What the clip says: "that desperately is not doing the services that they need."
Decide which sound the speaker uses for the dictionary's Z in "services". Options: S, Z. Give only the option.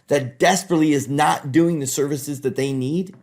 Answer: Z